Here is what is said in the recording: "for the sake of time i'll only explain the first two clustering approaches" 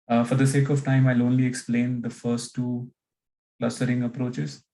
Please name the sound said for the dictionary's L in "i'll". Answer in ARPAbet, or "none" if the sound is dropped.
L